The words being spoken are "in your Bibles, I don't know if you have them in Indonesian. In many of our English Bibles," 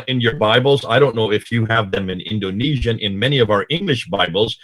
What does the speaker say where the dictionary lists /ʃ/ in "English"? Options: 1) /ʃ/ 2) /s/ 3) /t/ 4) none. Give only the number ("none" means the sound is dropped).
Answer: 1